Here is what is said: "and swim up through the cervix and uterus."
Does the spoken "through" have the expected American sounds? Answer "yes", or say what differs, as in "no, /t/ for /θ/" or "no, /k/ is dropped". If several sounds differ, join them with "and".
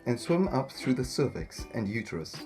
yes